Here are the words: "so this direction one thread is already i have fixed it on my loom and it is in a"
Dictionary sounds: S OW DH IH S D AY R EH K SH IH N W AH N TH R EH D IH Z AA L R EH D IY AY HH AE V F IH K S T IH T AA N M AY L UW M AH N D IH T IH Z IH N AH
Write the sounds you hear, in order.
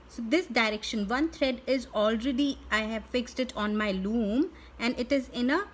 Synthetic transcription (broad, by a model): S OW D IH S D AY R EH K SH IH N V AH N T R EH D IH Z AA L R EH D IY AY HH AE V F IH K S T IH T AA N M AY L UW M AH N D IH T IH Z IH N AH